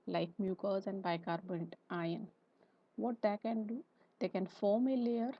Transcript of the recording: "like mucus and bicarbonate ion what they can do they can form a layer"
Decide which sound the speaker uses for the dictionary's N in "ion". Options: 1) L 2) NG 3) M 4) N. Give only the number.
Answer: 4